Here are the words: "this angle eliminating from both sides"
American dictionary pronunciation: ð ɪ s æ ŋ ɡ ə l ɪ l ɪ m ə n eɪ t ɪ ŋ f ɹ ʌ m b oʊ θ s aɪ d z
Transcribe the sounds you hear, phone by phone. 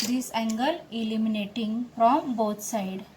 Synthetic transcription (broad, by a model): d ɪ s æ ŋ ɡ ə l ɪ l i m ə n eɪ t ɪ ŋ f ɹ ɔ m b oʊ t s aɪ d